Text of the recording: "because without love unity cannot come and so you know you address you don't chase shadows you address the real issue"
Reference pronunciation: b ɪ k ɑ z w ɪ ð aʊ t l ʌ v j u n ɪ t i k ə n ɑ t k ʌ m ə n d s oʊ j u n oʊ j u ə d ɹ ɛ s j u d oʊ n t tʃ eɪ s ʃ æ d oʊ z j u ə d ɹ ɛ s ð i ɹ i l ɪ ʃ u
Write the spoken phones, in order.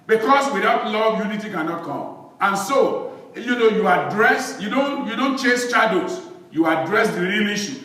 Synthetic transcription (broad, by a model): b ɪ k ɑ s w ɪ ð aʊ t l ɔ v j u n ɪ t i k ə n ɑ t k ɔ m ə n s oʊ j u n oʊ j u ə d ɹ ɛ s j u d oʊ n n tʃ eɪ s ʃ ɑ d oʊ s j u ə d ɹ ɛ s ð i ɹ i l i ʃ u